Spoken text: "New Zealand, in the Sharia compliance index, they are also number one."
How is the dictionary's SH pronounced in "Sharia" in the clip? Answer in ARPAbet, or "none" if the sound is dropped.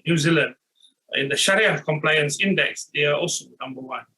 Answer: SH